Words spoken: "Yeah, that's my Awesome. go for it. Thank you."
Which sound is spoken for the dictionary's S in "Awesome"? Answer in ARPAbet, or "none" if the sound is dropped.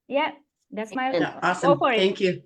none